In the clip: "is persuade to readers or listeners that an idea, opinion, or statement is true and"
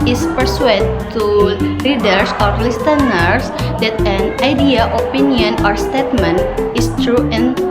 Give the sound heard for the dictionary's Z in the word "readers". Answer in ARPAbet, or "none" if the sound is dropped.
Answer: S